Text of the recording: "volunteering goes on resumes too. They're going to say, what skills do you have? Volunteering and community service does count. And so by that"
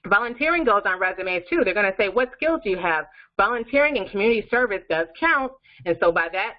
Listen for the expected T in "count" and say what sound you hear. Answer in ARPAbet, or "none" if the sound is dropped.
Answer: T